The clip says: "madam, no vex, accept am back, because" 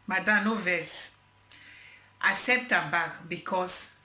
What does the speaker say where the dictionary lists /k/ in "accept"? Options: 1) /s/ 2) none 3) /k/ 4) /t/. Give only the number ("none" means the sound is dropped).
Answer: 2